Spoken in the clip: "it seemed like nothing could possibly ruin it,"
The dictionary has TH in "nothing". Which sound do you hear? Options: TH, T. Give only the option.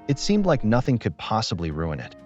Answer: TH